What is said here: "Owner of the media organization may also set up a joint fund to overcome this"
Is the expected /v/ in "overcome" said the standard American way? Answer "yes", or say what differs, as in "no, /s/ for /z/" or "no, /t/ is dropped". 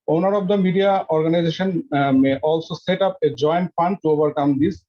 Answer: no, /b/ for /v/